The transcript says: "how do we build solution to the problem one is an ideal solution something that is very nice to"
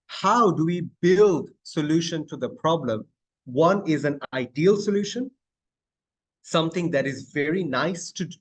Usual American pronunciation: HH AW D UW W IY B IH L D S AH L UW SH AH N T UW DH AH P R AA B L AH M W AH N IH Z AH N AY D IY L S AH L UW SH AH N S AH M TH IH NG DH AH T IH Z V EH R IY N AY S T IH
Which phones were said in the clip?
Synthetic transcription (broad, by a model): HH AW D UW W IY B IH L D S AH L UW SH AH N T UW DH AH P R AA B L AH M W AH N IH Z AH N AY D IY L S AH L UW SH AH N S AH M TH IH NG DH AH T IH Z V EH R IY N AY S T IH